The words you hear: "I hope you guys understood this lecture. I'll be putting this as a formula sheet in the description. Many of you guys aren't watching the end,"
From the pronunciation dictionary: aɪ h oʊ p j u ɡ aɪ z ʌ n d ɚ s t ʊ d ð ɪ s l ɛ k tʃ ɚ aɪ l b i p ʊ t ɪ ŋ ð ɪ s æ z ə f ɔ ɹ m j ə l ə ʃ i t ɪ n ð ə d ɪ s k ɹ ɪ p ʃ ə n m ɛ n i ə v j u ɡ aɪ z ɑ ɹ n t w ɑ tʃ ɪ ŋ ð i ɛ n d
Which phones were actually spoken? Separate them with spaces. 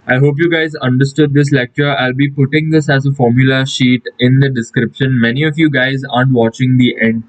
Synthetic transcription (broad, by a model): aɪ h oʊ p j u ɡ aɪ z ʌ n d ɚ s t ʊ d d ɪ s l ɛ k tʃ ɚ aɪ l b i p ʊ t ɪ ŋ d ɪ s æ z ə f ɔ ɹ m j ə l ə ʃ i t ɪ n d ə d ɪ s k ɹ ɪ p ʃ ə n m ɛ n i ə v j u ɡ aɪ z ɑ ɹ n t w ɑ tʃ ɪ ŋ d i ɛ n d